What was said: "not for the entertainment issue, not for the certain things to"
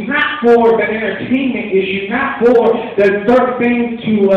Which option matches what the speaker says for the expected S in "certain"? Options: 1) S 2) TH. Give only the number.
2